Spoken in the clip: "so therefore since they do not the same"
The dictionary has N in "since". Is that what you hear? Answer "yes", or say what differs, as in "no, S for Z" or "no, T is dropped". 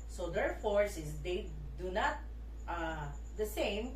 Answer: no, N is dropped